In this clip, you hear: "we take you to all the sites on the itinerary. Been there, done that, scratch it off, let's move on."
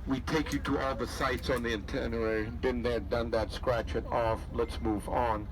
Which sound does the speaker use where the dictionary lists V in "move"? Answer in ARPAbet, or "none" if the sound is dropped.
V